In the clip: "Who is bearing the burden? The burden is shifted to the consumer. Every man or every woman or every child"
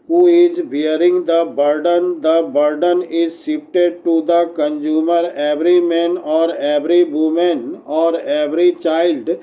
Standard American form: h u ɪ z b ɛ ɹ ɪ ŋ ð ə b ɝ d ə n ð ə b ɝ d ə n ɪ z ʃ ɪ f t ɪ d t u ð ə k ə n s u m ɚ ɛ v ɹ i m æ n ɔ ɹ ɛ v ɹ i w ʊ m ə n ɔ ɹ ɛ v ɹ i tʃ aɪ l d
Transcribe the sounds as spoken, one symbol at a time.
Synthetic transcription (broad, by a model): h u ɪ z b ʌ ɹ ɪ ŋ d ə b ɝ d ə n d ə b ɝ d ə n ɪ z s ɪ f t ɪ d t u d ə k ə n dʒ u m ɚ ɛ v ɹ i m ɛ n ɔ ɹ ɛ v ɹ i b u m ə n ɔ ɹ ɛ v ɹ i tʃ aɪ l d